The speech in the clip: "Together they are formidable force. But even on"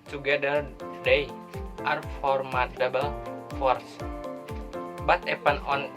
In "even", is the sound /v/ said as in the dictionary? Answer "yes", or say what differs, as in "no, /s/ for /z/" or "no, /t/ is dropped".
no, /p/ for /v/